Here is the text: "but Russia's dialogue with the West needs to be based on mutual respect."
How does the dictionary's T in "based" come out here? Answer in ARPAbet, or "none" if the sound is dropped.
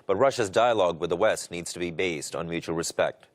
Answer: T